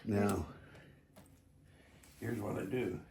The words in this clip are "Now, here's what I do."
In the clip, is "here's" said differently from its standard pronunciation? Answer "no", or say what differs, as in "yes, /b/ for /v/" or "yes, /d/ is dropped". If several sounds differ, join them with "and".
no